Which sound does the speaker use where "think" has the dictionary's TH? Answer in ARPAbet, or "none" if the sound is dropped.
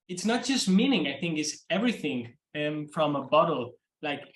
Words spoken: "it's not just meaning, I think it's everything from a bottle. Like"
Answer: TH